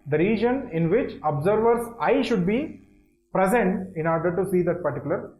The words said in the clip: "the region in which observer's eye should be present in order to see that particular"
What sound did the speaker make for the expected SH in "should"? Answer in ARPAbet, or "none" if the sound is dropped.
SH